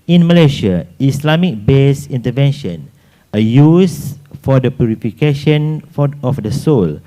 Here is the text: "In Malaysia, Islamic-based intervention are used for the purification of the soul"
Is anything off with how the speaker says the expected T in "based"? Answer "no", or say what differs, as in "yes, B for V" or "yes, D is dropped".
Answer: yes, T is dropped